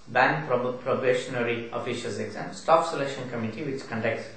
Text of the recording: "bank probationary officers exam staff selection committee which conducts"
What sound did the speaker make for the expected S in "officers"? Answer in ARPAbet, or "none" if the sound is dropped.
SH